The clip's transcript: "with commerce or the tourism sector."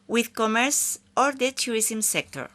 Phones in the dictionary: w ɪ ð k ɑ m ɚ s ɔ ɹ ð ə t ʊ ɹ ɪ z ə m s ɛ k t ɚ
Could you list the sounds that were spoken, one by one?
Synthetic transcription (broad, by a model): w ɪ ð k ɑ m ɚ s ɔ ɹ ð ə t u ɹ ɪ s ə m s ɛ k t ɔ